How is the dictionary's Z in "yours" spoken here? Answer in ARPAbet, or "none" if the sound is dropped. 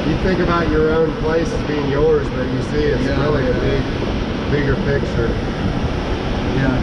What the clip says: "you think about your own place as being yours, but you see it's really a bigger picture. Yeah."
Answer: Z